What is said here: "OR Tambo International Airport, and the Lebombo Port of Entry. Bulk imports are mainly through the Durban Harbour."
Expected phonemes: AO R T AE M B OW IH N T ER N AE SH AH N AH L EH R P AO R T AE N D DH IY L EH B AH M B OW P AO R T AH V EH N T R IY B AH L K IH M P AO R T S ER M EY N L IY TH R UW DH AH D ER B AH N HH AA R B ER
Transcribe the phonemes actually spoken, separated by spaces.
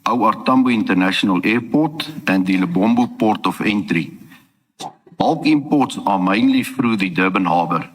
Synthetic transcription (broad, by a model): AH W T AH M B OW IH N T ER N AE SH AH N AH L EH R P AO T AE N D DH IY L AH B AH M B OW P AO R T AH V EH N T R IY B AH L K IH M P AO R T S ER M EY N L IY F R UW DH AH D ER B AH N HH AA B ER